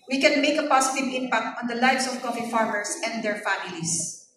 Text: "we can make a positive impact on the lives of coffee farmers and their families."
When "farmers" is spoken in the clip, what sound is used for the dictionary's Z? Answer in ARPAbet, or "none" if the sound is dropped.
S